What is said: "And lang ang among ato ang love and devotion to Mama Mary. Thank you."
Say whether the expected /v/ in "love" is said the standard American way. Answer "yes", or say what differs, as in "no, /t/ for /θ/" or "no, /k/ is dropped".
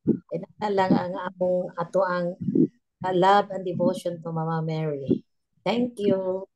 no, /b/ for /v/